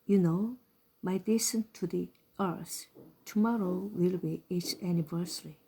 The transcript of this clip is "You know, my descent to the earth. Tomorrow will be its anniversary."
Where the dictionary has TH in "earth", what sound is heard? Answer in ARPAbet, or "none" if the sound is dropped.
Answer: S